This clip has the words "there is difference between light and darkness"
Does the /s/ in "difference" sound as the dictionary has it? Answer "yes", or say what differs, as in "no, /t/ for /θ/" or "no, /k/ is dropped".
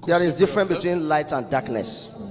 no, /s/ is dropped